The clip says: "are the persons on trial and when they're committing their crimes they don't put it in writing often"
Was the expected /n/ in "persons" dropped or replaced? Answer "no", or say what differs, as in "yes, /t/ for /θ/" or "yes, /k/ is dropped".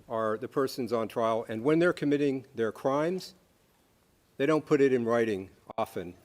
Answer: no